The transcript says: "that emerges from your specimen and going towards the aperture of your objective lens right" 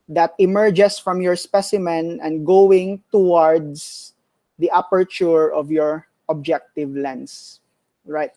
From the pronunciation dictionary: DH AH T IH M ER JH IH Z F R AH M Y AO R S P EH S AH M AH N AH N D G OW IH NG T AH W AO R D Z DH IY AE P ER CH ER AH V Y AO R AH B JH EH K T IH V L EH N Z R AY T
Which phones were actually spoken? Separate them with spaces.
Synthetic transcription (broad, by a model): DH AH T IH M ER JH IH S F R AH M Y AO R S P EH S AH M AH N AH N D G OW IH NG T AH W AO R D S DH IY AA P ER CH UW AH V Y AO R AH B JH EH K T IH V L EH N S R AY T